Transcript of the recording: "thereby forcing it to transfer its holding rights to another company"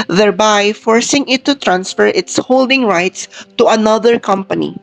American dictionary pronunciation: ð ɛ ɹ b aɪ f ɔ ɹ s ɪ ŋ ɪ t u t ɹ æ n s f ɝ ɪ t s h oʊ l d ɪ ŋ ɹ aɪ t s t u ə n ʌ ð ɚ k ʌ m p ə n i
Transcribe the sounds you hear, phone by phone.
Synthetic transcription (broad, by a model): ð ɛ ɹ b aɪ f ɔ ɹ s ɪ ŋ ɪ t u t ɹ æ n s f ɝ ɪ t s h oʊ l d ɪ ŋ ɹ aɪ t s t u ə n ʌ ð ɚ k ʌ m p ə n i